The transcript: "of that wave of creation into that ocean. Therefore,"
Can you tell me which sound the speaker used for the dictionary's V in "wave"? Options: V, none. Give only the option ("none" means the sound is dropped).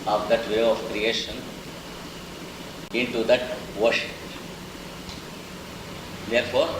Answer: none